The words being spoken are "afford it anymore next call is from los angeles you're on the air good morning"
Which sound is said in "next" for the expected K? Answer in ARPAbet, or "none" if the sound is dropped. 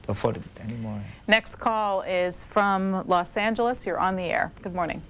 K